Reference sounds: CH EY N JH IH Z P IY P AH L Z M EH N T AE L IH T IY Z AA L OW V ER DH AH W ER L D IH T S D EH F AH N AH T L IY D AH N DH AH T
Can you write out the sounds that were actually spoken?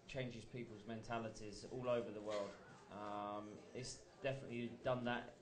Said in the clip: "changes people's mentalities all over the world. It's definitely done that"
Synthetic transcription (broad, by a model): CH EY N JH IH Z P IY P AH L Z M EH N T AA L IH T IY Z AA L OW V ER DH AH W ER L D IH T S D EH F AH N AH T L IY D AH N DH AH T